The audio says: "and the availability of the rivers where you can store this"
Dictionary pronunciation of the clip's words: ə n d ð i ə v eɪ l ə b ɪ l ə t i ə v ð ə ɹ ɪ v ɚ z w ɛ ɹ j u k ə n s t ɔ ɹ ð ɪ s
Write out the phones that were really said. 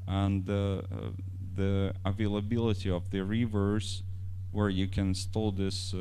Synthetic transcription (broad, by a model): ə n ð i ə v eɪ l ə b ɪ l ə t i ə v ð ə ɹ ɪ v ɚ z w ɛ ɹ j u k ə n s t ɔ l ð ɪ s